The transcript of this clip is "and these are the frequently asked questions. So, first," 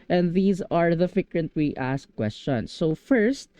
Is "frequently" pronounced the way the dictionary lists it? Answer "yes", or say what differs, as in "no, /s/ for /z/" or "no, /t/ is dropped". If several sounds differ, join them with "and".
no, /ɹ/ is dropped and /w/ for /l/